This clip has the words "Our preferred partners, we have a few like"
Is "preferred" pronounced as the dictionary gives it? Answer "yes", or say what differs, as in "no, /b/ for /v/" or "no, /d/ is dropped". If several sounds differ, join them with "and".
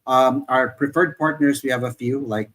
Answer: yes